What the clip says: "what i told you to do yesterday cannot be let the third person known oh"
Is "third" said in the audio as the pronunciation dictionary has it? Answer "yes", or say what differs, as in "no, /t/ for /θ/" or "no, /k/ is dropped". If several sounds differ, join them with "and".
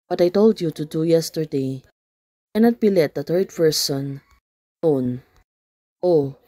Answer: no, /t/ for /θ/